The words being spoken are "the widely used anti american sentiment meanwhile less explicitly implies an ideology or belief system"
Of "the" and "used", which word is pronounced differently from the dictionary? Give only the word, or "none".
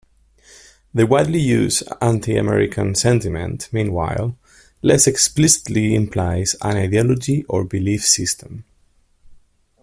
used